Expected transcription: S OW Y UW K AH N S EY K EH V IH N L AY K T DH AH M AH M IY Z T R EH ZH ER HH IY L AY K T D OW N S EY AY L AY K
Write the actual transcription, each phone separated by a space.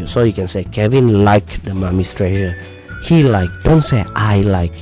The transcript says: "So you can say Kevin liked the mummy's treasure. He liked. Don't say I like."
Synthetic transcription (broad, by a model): S OW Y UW K AH N S EY K EH V IH N L AY K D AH M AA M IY S T R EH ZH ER HH IY L AY K D OW N S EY AY L AY K